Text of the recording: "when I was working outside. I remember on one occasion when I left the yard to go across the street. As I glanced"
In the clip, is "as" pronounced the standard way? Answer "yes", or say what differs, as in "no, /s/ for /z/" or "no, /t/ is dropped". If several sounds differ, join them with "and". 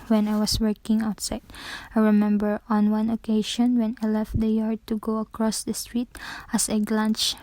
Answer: no, /s/ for /z/